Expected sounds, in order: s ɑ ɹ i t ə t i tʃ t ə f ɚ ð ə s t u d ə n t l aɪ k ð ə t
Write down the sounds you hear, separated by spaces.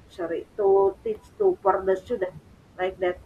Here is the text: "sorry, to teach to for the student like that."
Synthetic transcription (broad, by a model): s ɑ ɹ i t ə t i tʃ t ə p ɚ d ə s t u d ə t l aɪ k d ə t